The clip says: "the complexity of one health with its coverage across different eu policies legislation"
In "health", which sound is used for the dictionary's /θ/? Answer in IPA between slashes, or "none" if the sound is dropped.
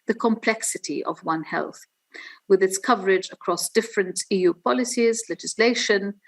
/θ/